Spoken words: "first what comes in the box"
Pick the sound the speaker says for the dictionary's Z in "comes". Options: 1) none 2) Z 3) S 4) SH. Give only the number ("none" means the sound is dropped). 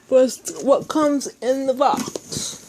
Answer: 2